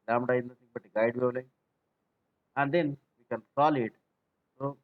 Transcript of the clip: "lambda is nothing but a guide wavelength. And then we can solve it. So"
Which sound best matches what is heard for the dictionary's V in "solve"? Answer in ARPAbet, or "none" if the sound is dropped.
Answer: none